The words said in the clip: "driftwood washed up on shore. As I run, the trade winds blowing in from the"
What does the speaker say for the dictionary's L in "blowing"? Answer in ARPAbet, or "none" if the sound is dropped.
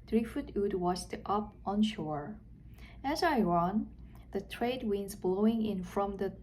L